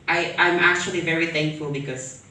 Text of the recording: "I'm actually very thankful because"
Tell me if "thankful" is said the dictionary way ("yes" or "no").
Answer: yes